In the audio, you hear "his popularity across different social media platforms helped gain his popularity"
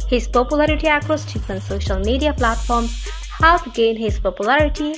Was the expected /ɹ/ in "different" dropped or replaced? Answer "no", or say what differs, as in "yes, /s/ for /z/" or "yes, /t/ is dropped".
yes, /ɹ/ is dropped